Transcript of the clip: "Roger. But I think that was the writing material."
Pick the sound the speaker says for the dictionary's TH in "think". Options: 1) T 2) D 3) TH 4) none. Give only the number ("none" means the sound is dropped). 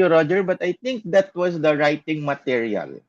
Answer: 1